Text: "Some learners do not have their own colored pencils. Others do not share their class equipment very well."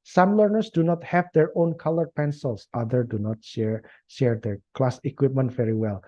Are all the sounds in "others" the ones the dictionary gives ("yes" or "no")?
no